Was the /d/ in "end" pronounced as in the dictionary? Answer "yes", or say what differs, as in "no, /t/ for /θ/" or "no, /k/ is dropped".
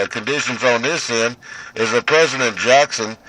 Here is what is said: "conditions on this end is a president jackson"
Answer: no, /d/ is dropped